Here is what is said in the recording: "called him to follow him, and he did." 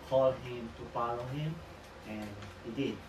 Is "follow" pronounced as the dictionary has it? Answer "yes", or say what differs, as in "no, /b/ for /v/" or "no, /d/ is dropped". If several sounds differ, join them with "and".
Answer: no, /p/ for /f/